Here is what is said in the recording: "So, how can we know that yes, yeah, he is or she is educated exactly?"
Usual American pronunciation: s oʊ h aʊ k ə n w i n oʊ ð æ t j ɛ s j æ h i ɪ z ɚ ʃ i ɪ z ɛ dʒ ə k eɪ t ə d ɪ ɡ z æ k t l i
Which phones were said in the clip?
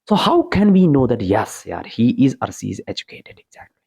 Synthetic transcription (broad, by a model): s oʊ h aʊ k ə n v i n oʊ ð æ t j ɛ s j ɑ h i ɪ z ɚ s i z ɛ dʒ ə k eɪ t ə d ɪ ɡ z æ k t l i